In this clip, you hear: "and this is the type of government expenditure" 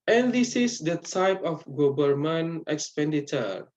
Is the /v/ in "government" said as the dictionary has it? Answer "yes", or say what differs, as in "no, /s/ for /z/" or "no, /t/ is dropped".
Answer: no, /b/ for /v/